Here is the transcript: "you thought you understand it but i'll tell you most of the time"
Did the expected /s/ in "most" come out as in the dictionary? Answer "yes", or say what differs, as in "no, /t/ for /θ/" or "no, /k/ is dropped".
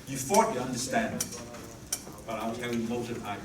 no, /s/ is dropped